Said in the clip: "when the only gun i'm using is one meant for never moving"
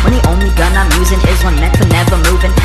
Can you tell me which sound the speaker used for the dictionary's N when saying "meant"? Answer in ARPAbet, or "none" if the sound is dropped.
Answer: none